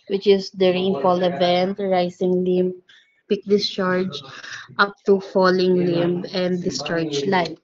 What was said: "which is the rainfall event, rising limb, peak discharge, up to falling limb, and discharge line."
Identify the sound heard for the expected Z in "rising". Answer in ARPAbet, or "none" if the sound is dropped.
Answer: S